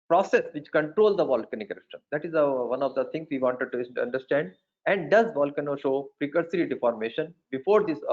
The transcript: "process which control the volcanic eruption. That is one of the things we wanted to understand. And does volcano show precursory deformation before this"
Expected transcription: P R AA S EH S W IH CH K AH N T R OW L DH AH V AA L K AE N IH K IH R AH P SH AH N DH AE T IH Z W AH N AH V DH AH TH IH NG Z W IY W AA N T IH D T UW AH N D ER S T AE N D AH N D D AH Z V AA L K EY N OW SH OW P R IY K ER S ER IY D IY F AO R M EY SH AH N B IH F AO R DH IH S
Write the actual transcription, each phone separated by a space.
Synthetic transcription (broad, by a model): P R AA S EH S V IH CH K AH N T R OW L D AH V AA L K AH N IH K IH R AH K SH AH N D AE T IH Z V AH N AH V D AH T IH NG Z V IY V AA N T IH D T UW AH N D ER S T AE N D AH N D D AH Z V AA L K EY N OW SH OW P R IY K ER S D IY D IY F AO R M EY SH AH N B IH F AO R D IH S